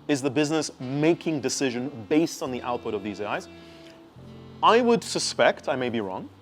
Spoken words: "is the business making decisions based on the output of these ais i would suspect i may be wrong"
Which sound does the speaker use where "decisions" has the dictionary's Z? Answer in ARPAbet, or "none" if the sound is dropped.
none